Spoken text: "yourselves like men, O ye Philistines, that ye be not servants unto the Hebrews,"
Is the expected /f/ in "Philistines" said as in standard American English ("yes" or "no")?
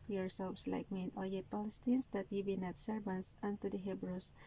no